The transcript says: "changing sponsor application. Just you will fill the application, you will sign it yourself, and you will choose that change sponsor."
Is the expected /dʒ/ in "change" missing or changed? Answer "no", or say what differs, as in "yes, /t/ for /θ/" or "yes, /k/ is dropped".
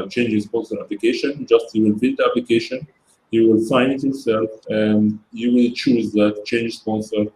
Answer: no